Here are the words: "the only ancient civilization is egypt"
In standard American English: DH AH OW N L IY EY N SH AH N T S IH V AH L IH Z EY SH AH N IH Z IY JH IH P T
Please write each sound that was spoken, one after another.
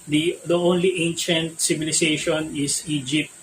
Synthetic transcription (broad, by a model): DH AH OW N L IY EY N SH AH N T S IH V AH L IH S EY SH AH N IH S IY JH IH P T